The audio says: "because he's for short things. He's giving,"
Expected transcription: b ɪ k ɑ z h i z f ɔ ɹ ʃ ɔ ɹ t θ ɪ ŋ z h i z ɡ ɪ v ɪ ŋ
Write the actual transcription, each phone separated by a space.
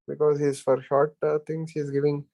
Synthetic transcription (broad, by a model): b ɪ k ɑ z h i z f ɔ ɹ ʃ ɔ ɹ t t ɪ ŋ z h i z ɡ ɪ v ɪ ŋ